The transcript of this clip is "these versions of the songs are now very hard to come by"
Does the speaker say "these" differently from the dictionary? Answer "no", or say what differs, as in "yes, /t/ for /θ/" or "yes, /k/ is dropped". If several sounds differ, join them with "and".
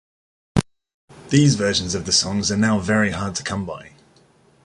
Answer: no